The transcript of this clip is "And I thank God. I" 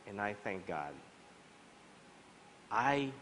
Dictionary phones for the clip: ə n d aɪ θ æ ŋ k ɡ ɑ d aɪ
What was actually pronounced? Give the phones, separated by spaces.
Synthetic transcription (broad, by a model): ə n aɪ θ æ ŋ k ɡ ɑ d aɪ